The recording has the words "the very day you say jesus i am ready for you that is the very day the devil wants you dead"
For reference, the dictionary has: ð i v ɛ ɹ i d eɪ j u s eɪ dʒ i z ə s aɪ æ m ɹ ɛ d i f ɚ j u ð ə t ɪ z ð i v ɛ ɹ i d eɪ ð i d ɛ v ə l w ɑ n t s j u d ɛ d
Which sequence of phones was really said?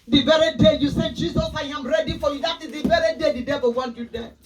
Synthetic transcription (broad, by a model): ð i v ɛ ɹ i d eɪ j u s eɪ dʒ i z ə s aɪ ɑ m ɹ ɛ d i f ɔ j u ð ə t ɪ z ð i v ɛ ɹ i d eɪ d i d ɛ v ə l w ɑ n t j u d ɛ